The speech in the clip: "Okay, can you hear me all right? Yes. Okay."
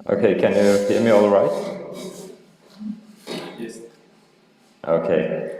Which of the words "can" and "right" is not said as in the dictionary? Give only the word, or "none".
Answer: none